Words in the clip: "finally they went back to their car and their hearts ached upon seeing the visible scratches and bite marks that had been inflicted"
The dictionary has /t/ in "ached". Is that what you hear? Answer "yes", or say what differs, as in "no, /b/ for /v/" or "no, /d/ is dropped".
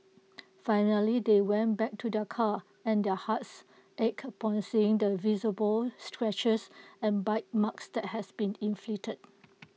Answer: no, /t/ is dropped